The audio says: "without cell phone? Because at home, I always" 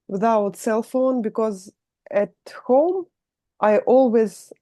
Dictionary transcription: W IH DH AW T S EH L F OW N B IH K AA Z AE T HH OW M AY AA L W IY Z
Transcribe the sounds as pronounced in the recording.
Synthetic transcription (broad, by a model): W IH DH AW T S EH L F OW N B IH K AA Z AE T HH OW M AY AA L W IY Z